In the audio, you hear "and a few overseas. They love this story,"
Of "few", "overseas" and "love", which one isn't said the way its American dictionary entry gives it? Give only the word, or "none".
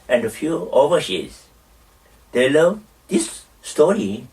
overseas